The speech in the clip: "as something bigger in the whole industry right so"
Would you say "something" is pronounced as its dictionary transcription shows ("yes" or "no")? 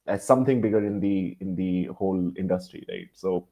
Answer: no